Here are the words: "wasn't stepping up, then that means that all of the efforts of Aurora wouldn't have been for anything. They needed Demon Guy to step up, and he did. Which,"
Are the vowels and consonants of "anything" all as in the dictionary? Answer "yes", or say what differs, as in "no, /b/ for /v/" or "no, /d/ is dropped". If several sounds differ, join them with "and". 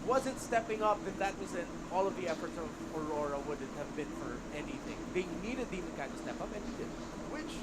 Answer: yes